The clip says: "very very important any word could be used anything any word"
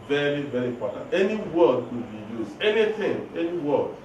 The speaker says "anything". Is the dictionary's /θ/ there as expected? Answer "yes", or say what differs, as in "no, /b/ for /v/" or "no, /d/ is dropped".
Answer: no, /t/ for /θ/